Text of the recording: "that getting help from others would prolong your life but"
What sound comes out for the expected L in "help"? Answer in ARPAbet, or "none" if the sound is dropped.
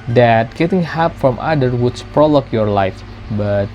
none